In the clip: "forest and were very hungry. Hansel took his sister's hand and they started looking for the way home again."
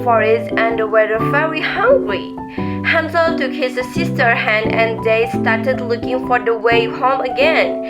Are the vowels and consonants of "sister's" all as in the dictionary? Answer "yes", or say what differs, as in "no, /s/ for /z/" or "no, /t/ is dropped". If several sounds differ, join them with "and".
no, /z/ is dropped